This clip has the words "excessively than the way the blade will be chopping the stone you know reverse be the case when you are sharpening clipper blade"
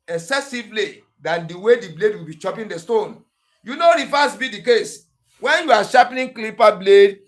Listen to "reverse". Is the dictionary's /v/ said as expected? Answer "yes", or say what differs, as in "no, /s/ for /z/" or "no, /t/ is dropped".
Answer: no, /f/ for /v/